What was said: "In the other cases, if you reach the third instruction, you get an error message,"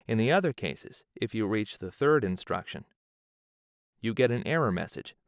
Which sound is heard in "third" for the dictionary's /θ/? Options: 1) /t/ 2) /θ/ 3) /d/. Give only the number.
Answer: 2